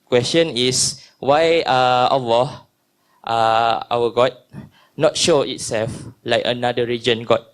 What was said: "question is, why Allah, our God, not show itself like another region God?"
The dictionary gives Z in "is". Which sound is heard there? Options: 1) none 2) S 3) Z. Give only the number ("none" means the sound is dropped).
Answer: 2